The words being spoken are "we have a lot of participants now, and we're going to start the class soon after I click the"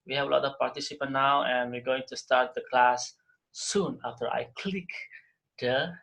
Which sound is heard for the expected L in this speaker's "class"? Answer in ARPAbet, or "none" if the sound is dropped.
L